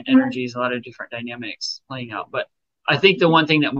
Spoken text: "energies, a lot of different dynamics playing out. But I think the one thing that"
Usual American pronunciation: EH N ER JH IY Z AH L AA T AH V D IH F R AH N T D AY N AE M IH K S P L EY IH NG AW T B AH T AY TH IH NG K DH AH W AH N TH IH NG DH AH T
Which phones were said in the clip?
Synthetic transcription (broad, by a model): EH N ER JH IY Z AH L AA T AH V D IH F R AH N D AY N AE M IH K S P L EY IH NG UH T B AH T AY TH IH NG K DH AH W AH N TH IH NG DH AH T